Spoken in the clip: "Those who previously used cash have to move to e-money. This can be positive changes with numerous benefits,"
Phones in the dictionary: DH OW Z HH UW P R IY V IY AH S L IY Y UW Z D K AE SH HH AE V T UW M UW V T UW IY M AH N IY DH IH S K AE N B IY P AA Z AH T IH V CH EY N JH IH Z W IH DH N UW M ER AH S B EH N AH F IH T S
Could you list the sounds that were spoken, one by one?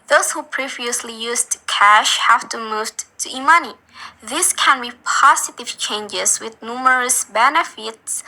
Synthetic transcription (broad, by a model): DH OW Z HH UW P R IY V IY AH S L IY Y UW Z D K AE SH HH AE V T UW M UW V T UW IY M AH N IY DH IH S K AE N B IY P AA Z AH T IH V CH EY N JH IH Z W IH DH N UW M ER AH S B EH N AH F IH T S